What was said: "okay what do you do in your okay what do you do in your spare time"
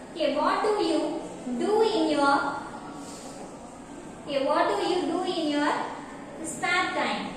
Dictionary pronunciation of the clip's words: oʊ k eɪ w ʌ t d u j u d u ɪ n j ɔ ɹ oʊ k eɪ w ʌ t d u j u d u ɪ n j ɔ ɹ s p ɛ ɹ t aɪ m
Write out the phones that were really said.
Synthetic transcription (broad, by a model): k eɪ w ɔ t d u j u d u ɪ n j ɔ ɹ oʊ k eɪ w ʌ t d u j u d u ɪ n j ɔ ɹ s ɑ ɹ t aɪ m